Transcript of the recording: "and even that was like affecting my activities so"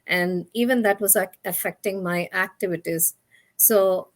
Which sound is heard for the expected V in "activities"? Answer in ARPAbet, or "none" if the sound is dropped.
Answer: V